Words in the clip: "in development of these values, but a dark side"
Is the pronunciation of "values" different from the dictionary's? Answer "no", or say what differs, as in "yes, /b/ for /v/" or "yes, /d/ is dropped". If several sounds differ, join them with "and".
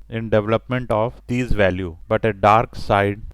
yes, /z/ is dropped